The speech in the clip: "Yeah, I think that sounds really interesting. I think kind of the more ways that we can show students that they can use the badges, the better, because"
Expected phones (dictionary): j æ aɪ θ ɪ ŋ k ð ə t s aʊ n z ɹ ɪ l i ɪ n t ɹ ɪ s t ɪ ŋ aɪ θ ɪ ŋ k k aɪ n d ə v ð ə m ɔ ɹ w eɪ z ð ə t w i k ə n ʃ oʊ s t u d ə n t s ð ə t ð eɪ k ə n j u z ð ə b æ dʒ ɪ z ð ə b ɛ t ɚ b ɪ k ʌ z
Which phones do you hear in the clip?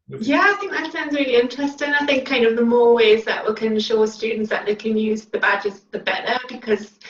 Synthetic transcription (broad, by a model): j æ aɪ θ ɪ ŋ k ð ə t s aʊ n z ɹ ɪ l i ɪ n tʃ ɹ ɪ s t ɪ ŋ aɪ θ ɪ ŋ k k aɪ n d ə v ð ə m ɔ ɹ w eɪ z ð ə t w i k ə n ʃ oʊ s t u d n t s ð ə t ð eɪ k ə n j u z ð ə b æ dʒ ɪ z ð ə b ɛ t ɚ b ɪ k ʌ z